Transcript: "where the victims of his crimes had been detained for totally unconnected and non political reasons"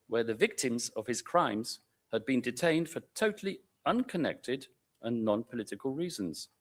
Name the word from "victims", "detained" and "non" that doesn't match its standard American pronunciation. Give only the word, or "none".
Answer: none